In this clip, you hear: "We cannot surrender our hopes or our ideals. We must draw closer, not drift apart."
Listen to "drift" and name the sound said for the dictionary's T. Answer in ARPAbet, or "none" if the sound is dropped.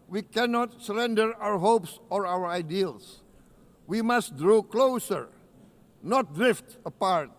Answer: T